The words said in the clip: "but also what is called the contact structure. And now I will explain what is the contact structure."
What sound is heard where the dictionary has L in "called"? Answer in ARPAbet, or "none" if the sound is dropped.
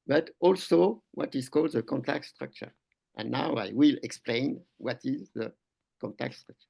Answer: L